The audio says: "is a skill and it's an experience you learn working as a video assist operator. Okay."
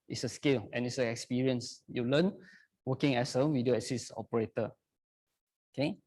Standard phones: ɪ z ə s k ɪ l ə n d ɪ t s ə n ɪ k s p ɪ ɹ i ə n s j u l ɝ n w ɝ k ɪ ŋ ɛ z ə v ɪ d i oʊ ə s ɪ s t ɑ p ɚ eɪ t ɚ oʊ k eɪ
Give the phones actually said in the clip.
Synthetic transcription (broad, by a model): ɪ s ə s k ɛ l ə n ɪ t s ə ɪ k s p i ɹ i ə n s j u l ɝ n w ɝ k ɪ ŋ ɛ s ə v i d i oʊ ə s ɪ s ɑ p ɚ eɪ t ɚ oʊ k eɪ